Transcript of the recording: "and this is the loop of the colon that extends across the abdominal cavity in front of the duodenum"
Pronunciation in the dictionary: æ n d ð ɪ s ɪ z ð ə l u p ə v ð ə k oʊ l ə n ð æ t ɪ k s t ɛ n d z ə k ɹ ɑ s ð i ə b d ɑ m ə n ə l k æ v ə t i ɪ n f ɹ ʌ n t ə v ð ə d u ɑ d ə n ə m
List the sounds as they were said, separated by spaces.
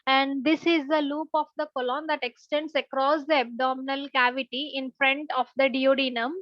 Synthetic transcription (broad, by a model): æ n d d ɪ s ɪ z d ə l u p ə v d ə k oʊ l ə n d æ t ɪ k s t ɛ n d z ə k ɹ ɑ s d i ə b d ɑ m ə n ə l k æ v ə t i ɪ n f ɹ ʌ n t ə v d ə d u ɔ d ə n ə m